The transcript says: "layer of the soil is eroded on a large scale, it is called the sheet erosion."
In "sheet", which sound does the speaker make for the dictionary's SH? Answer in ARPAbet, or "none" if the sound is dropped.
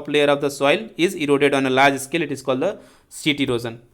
S